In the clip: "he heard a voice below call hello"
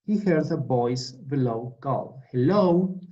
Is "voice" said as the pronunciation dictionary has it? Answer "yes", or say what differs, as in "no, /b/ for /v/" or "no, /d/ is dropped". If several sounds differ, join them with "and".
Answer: no, /b/ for /v/